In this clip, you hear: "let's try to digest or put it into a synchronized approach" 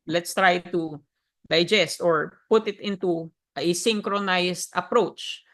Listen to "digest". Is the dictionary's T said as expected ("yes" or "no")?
yes